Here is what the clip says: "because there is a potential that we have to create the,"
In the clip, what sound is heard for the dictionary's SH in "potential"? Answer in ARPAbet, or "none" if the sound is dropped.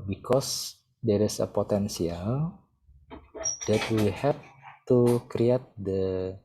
S